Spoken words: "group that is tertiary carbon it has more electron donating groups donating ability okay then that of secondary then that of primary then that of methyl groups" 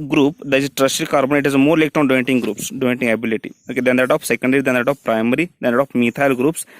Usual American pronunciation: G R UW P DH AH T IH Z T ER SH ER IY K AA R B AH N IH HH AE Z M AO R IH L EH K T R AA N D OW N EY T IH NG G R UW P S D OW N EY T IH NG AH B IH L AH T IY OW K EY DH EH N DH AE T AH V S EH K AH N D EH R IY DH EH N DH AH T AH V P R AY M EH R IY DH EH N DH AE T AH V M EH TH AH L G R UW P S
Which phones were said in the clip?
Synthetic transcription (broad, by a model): G R UW P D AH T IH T T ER S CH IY K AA R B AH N IH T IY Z M AO R L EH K T AA N D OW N T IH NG G R UW P S D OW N T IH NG AH B IH L AH T IY OW K EY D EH N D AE T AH F S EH K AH N D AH R IY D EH N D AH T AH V P R AY M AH R IY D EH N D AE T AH F M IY T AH L G R UW P S